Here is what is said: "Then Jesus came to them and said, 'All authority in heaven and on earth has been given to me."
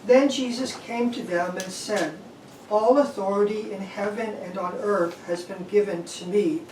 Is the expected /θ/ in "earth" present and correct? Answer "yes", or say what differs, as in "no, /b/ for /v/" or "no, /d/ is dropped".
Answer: yes